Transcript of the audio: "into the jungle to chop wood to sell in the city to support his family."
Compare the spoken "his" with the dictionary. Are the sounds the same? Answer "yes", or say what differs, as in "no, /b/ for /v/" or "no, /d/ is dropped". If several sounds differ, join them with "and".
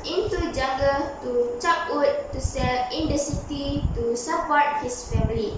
no, /s/ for /z/